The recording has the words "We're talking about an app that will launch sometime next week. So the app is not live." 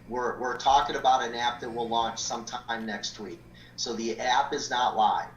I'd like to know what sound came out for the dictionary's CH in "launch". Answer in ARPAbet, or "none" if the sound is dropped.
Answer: CH